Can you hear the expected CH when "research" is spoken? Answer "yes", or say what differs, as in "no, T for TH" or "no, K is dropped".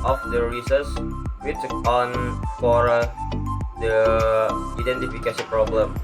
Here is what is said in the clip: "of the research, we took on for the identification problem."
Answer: no, S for CH